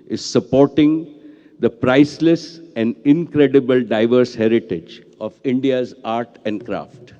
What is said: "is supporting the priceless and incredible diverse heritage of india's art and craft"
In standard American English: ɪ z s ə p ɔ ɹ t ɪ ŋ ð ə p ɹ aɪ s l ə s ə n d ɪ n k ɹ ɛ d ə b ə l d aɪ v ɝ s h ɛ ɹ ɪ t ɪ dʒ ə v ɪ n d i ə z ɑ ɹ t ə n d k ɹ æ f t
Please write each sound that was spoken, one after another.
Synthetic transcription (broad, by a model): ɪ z s ə p ɔ ɹ t ɪ ŋ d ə p ɹ aɪ s l ə s ə n d ɪ n k ɹ ɛ d ə b ə l d aɪ v ɝ s h ɛ ɹ ɪ t ɪ dʒ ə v ɪ n d i ə z ɑ ɹ t ə n d k ɹ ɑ f t